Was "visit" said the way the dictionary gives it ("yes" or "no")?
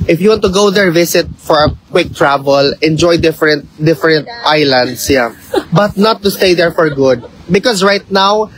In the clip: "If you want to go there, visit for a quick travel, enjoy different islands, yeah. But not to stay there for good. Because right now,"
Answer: no